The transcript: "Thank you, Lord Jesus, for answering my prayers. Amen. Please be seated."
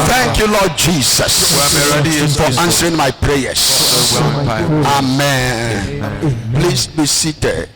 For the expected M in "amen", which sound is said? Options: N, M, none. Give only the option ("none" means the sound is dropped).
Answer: M